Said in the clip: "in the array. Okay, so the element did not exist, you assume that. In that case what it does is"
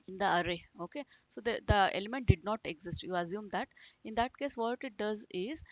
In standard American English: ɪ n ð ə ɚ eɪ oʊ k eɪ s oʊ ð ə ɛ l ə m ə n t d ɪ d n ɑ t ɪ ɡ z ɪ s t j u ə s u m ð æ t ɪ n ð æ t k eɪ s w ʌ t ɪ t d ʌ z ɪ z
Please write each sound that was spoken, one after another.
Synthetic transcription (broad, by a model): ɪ n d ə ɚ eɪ oʊ k eɪ s oʊ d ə ɛ l ə m ə n t d ɪ d n ɑ t ɪ ɡ z ɪ s t j u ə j u m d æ t ɪ n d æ t k eɪ s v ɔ t ɪ t d ʌ z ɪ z